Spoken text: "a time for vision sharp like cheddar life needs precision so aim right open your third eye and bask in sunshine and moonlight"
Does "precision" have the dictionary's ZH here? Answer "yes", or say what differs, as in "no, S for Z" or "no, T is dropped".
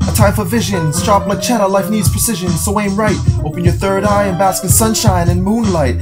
yes